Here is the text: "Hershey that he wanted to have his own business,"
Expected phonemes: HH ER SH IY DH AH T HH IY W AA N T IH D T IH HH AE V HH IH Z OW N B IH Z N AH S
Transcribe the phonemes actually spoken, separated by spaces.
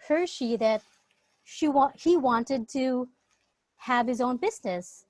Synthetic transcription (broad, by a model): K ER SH IY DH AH T HH IY W AA N T IH D T IH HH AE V HH IH Z OW N B IH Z N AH S